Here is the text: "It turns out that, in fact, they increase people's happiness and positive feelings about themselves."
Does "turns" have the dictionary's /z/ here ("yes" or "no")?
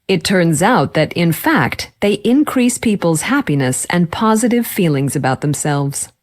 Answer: yes